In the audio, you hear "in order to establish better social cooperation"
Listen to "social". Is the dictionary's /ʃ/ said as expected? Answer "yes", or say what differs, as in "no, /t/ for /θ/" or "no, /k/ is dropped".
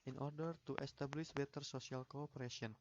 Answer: no, /s/ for /ʃ/